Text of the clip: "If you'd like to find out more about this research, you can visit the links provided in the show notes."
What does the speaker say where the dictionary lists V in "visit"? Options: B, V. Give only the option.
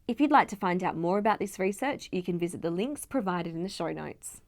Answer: V